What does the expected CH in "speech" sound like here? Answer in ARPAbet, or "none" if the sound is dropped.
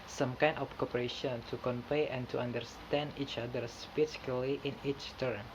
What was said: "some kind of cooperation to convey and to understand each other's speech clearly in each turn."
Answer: S